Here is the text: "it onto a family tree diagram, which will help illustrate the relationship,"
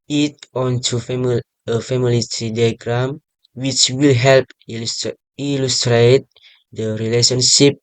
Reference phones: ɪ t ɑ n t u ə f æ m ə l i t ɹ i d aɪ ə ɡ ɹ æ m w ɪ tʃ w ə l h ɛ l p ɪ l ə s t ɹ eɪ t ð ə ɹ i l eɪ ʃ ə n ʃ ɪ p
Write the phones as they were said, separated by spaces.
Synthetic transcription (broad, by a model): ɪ t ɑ n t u ə f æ m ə l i t ɹ i d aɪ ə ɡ ɹ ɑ m w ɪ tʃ w ə l h ɛ l p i l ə s t ɹ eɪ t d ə ɹ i l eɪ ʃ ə n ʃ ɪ p